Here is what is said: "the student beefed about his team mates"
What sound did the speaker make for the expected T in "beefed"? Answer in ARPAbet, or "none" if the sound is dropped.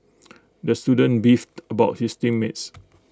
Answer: T